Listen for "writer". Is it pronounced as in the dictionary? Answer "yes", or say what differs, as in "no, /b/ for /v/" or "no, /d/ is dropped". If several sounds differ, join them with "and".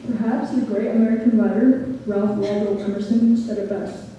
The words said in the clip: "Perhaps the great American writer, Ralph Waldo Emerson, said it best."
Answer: no, /l/ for /ɹ/